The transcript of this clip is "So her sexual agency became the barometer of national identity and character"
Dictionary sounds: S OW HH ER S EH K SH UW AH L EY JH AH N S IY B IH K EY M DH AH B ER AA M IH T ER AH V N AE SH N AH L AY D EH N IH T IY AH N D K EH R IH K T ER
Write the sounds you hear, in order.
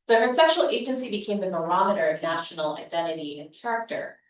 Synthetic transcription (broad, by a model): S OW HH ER S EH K SH L EY JH AH N S IY B IH K EY M DH AH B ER AA M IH T ER AH V N AE SH N L AY D EH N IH T IY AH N K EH R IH K T ER